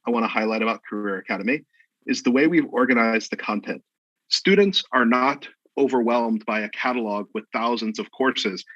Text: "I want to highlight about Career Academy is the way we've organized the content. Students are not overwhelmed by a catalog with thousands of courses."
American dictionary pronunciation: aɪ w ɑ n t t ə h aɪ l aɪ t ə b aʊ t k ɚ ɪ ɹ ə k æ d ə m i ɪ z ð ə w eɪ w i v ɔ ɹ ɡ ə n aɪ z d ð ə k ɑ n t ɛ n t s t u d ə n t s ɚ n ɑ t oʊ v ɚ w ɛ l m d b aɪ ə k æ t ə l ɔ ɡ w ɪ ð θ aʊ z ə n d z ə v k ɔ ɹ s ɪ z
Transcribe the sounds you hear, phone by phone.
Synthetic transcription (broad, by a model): aɪ w ɑ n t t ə h aɪ l aɪ t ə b aʊ t k ɚ ɪ ɹ ə k æ d ə m i ɪ z ð ə w eɪ w i v ɔ ɹ ɡ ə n aɪ z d ð ə k ɑ n t ɛ n t s t u d n t s ɚ n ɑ t oʊ v ɚ w ɛ l m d b aɪ ə k æ t ə l ɔ ɡ w ɪ ð θ aʊ z ə n d z ə v k ɔ ɹ s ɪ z